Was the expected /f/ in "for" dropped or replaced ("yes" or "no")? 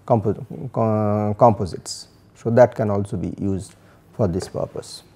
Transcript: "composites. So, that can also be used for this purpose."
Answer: no